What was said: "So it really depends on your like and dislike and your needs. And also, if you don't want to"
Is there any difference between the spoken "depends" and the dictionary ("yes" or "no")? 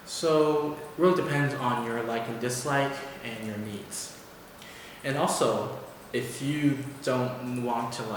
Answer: no